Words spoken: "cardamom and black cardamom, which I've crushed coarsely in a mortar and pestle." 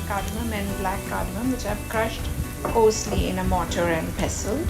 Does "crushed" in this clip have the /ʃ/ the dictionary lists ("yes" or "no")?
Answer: yes